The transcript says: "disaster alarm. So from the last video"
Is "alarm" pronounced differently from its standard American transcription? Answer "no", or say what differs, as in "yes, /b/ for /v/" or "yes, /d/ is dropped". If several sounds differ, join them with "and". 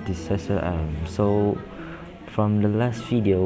yes, /l/ is dropped